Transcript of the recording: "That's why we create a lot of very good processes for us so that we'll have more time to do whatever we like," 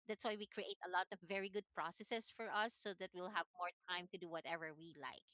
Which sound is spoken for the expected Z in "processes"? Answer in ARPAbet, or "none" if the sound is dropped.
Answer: S